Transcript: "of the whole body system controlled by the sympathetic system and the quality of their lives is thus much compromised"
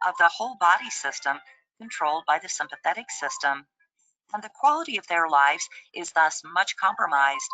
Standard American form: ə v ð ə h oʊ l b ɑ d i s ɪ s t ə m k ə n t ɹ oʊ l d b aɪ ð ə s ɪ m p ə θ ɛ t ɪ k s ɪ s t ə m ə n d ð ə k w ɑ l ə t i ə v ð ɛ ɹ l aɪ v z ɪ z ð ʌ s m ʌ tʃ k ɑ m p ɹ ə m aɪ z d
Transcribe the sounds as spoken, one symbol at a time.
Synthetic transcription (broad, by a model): ə v ð ə h oʊ l b ɑ d i s ɪ s t ə m k ə n t ɹ oʊ l d b aɪ ð ə s ɪ m p ə θ ɛ t ɪ k s ɪ s t ə m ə n ð ə k w ɑ l ə t i ə v ð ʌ ɹ l aɪ v z ɪ z ð ʌ s m ʌ tʃ k ɑ m p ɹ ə m aɪ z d